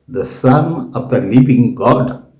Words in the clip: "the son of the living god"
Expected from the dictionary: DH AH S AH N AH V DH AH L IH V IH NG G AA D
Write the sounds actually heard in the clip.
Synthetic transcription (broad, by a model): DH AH S AH N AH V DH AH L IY P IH NG G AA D